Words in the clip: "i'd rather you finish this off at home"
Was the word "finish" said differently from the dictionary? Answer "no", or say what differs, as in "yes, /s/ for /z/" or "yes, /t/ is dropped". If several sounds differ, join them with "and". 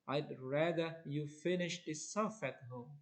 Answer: no